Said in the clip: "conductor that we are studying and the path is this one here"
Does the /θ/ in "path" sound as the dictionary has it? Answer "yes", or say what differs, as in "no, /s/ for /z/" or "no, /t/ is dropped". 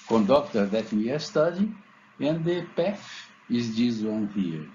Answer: no, /f/ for /θ/